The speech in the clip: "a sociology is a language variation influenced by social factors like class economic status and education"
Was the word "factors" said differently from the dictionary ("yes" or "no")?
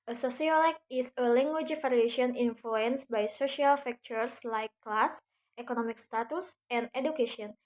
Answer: yes